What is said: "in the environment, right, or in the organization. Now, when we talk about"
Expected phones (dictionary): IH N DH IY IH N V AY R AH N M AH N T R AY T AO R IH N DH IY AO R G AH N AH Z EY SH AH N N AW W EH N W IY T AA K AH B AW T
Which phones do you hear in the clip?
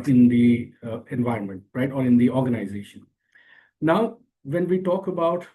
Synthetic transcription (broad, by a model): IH N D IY IH N V AY R AH N M AH N T R AY T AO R IH N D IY AO R G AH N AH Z EY SH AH N N AW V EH N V IY T AA K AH B AW T